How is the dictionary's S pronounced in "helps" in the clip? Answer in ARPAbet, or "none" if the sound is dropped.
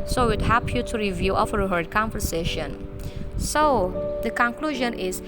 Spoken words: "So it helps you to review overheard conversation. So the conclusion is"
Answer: none